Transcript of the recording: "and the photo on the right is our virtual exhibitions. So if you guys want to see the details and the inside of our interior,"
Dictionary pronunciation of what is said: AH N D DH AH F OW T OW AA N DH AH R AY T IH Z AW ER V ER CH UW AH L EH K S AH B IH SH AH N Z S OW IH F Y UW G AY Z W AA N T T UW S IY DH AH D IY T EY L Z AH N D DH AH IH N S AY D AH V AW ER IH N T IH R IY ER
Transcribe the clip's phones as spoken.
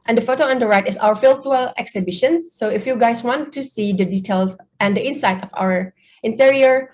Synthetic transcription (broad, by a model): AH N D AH F OW T OW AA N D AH R AY T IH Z AW ER F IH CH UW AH L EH K S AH B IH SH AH N S OW IH F Y UW G AY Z W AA N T T UW S IY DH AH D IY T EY L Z AH N D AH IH N S AY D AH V AW ER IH N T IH R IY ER